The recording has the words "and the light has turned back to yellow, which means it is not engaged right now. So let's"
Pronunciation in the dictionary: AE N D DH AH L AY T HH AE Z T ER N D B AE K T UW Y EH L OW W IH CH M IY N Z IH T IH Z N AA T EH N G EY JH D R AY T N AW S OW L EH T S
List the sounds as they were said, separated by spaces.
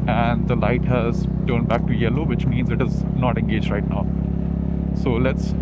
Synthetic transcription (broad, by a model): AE N D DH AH L AY T HH AE Z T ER N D B AE K T UW Y EH L OW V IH CH M IY N Z IH T IH Z N AA T EH N G EY JH D R AY T N AW S OW L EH T S